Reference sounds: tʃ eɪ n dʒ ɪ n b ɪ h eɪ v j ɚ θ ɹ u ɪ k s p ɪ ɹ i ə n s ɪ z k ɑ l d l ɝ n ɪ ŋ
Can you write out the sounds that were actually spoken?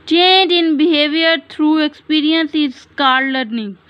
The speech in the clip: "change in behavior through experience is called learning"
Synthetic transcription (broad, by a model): tʃ eɪ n dʒ ɪ n b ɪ h eɪ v j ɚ t ɹ u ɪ k s p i ɹ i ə n s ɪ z k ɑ d l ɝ n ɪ ŋ